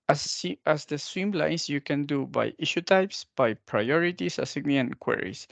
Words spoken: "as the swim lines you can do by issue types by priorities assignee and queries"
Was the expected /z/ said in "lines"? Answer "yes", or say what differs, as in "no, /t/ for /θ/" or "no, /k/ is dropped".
no, /s/ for /z/